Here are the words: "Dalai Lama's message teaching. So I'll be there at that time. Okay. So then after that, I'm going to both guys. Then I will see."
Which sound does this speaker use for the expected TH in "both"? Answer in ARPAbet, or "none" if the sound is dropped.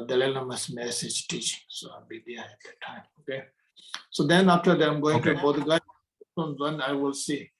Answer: T